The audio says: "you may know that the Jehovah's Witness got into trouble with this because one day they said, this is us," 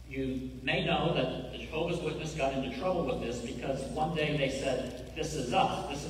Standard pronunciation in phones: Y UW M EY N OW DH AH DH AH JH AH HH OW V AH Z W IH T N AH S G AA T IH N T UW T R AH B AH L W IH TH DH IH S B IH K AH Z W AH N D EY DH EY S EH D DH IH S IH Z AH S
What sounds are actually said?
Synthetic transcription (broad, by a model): Y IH M EY N OW DH AH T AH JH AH HH OW V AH Z W IH T N AH S G AA T IH N T UW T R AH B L W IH DH IH S B IH K AH Z W AH N D EY DH EY S EH D DH IH S IH Z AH S